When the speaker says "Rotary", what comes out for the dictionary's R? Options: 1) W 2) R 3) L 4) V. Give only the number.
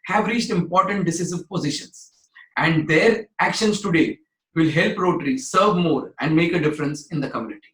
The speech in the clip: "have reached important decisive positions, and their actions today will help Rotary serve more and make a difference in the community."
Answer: 2